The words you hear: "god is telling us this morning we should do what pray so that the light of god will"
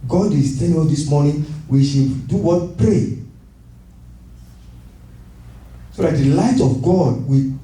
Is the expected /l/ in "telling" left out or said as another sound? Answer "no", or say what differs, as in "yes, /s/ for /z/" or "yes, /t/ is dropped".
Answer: yes, /n/ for /l/